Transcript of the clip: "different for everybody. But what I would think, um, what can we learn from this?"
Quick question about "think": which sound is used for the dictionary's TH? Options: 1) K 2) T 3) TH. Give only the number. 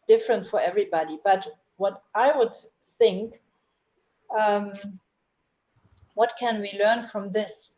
3